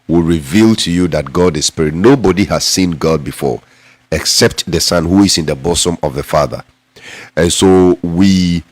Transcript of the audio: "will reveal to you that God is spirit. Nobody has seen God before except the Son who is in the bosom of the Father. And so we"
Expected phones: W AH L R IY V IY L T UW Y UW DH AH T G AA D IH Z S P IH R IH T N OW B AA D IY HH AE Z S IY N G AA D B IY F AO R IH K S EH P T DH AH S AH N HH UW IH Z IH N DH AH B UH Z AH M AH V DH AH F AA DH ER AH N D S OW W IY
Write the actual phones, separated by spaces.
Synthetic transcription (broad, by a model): W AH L R IY V IY L T UW Y UW DH AH T G AA D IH S P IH R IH T N OW B AA D IY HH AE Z S IY N G AA D B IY F AO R IH K S EH P T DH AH S AH N HH UW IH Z IH N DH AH B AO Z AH M AH V DH AH F AA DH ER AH N S OW W IY